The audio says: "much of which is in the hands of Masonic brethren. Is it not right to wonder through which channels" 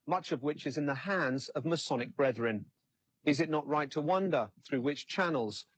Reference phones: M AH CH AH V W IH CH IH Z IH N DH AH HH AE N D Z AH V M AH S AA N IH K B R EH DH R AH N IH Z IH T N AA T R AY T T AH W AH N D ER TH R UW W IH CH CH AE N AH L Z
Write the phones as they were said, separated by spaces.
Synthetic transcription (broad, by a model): M AH CH AH V W IH CH IH Z IH N DH AH HH AE N D Z AH V M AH S AA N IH K B R EH DH R AH N IH Z IH T N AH T R AY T T AH W AH N D ER TH R UW W IH CH CH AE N L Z